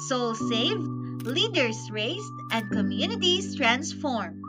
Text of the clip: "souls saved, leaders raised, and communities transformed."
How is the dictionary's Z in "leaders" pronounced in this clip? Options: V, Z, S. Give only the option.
S